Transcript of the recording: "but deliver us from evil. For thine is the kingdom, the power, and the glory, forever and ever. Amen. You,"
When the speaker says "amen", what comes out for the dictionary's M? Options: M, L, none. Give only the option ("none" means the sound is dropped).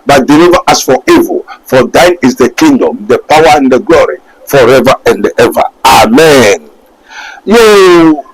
M